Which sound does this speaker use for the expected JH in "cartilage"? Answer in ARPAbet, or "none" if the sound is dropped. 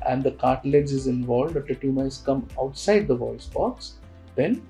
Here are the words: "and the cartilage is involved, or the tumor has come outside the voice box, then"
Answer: Z